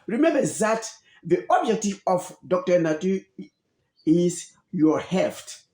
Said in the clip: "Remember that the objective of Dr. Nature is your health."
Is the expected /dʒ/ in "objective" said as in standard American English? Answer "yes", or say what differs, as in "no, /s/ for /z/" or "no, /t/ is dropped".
yes